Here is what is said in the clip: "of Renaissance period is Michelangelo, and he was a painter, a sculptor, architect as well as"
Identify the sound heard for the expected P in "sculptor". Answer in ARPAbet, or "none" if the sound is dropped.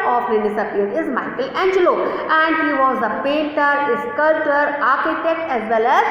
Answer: none